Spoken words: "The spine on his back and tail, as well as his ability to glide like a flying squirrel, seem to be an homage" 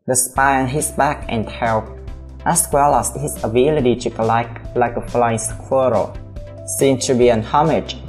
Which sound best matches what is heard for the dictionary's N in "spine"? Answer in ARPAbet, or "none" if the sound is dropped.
none